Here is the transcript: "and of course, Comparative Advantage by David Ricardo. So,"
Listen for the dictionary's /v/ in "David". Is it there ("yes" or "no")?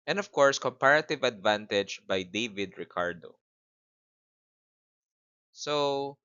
yes